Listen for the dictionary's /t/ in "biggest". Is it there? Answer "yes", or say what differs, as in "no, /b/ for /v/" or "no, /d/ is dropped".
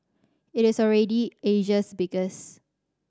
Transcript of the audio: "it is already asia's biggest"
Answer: no, /t/ is dropped